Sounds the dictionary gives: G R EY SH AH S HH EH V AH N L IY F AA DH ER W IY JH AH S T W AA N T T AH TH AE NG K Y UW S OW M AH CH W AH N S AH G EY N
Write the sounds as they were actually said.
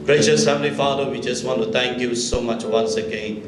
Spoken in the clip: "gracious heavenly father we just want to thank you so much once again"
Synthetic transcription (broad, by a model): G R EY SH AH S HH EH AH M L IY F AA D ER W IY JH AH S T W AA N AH T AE NG K Y UW S OW M AH CH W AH N S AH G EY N